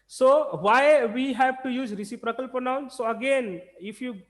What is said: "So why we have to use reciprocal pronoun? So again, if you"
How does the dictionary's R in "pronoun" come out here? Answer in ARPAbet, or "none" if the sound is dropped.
none